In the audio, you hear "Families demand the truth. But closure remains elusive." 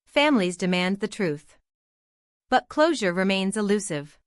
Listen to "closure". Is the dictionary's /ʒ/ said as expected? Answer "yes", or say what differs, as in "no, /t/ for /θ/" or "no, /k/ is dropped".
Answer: yes